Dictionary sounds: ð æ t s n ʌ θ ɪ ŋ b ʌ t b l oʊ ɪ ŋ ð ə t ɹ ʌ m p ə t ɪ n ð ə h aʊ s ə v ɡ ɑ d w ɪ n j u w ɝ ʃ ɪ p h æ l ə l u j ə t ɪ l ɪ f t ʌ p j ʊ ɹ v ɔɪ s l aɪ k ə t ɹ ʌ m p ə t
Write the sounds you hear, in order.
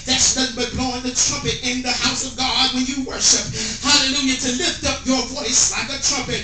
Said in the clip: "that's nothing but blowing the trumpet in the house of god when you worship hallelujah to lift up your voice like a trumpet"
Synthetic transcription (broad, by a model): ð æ t s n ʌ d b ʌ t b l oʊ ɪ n ð ə t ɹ ʌ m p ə t ɪ n ð ə h aʊ s ə v ɡ ɑ d w ɪ n j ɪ w ɝ ʃ ɪ p h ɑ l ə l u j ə t ɪ l ɪ f t ʌ p j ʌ ɹ v ɔɪ s l aɪ k ə t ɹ ʌ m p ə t